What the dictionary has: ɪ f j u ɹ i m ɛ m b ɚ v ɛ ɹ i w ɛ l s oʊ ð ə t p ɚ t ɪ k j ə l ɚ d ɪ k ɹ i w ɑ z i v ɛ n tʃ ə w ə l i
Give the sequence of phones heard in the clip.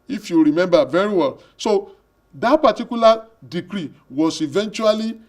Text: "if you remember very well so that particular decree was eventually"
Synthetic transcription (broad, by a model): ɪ f j u ɹ i m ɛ m b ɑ v ɛ ɹ i w ɛ l s oʊ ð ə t p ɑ t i k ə l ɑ d ɪ k ɹ i w ɑ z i v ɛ n tʃ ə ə l i